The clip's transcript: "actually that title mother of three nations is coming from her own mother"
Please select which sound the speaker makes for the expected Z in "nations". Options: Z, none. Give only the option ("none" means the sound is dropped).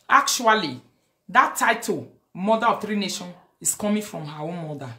none